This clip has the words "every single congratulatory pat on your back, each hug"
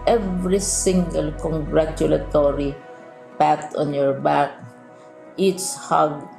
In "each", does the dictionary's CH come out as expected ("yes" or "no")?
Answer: no